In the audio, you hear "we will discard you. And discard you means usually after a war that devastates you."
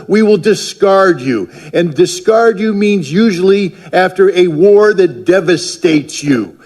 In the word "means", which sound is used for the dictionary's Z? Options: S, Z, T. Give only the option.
Z